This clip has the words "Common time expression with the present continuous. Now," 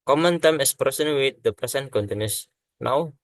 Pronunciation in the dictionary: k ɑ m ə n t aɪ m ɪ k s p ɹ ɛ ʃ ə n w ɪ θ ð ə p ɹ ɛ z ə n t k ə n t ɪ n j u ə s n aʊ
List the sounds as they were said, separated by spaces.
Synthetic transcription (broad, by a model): k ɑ m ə n t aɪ m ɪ s p ɹ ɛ s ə n w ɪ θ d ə p ɹ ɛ s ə n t k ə n t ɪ n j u s n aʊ